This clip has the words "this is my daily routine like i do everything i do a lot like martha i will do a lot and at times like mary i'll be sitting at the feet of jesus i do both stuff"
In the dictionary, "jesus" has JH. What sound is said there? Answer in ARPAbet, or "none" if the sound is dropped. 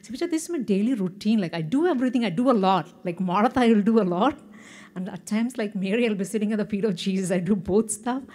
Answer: CH